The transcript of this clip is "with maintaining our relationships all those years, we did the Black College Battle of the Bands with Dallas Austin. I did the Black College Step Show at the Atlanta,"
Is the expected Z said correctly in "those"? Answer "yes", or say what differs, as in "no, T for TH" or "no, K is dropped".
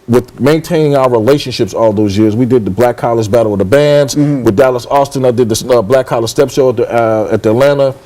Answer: yes